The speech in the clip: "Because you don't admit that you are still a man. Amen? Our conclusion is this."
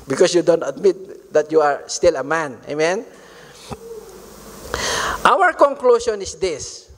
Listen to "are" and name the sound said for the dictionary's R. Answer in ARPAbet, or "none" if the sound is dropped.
R